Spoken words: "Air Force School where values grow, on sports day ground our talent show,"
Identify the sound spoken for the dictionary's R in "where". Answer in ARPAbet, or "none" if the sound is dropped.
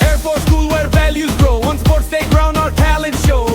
R